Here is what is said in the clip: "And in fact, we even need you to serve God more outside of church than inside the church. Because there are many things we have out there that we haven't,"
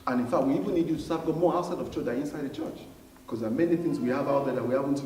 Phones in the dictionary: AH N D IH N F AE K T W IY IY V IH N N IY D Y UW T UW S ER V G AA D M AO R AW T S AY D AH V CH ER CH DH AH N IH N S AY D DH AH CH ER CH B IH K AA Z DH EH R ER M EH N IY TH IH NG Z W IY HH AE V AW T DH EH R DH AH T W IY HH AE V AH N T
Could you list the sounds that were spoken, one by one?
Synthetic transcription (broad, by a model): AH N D IH N F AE K T W IY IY V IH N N IY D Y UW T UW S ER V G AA M AO R AW T S AY D AH V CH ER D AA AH IH N S AY D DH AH CH ER CH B K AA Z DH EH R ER M EH N IY TH IH NG Z W IY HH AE V AW T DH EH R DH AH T W IY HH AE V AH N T